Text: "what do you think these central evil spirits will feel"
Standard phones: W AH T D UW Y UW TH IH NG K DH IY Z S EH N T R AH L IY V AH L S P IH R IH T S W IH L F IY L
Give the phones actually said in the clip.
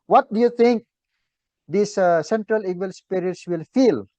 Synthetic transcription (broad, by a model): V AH T D UW Y UW T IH NG K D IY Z S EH N T R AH L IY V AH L S P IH R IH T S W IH L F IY L